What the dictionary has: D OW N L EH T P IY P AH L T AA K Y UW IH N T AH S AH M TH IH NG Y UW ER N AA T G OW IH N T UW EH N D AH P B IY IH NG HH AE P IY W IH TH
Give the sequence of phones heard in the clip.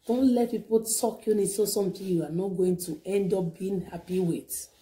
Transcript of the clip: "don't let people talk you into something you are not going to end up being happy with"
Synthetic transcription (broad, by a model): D OW N L EH T P IY P AH L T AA K Y UW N S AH S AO M T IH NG Y UW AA N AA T G OW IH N T UW EH N D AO P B IY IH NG HH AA P IY W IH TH